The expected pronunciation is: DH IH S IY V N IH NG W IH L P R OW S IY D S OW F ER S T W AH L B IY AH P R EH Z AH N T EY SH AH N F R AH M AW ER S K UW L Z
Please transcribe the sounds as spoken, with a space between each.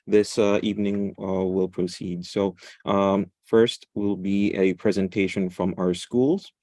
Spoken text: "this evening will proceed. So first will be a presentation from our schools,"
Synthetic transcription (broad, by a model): DH IH S IY V N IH NG W IH L P R OW S IY D S OW F ER S T W AH L B IY AH P R EH Z AH N T EY SH AH N F R AH M AW ER S K UW L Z